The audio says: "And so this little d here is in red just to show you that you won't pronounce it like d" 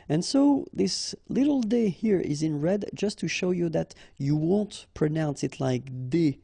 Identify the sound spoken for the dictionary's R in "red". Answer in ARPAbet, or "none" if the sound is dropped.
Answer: R